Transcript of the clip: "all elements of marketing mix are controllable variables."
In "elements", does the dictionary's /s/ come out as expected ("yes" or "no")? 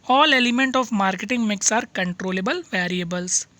no